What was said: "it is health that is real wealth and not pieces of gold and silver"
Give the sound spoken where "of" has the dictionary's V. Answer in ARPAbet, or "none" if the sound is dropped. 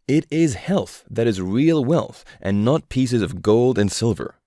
V